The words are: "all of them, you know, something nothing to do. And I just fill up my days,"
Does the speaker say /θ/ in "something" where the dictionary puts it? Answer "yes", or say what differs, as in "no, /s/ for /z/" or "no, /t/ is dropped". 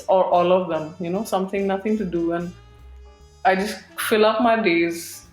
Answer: no, /t/ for /θ/